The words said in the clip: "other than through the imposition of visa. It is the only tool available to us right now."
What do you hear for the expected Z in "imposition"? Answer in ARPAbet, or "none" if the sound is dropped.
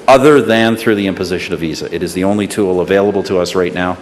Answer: Z